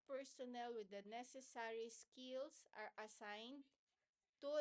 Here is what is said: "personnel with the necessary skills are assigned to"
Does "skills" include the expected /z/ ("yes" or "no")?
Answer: no